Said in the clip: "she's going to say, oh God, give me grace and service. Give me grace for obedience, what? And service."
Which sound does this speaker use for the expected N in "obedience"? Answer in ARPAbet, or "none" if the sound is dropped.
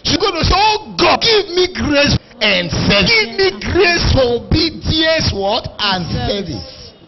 none